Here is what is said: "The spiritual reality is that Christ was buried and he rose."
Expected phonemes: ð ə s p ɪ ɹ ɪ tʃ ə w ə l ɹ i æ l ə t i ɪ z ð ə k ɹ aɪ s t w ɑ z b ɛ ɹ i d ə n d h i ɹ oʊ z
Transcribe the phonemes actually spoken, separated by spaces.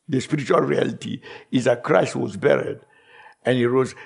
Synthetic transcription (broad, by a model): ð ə s p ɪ ɹ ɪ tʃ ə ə l ɹ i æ l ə t i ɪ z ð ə k ɹ aɪ s t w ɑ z b ɛ ɹ i d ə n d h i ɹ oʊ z